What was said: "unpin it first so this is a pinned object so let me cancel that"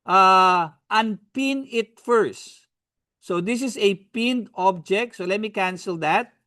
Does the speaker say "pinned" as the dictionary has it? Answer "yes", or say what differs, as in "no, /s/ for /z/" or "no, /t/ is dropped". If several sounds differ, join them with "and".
yes